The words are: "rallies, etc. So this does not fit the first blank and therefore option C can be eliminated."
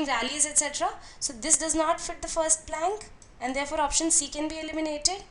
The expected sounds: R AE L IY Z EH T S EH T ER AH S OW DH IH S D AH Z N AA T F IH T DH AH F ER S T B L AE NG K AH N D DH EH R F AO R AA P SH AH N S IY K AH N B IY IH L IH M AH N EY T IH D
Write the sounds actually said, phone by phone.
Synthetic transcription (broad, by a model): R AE L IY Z EH T S EH T ER AH S OW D IH S D AH Z N AA T F IH T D AH F ER S T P L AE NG K AH N D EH R F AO R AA P SH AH N S IY K AH N B IY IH L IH M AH N EY T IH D